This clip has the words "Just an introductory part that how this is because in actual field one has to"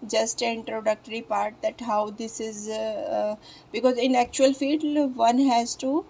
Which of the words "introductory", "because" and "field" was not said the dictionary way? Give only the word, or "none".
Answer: field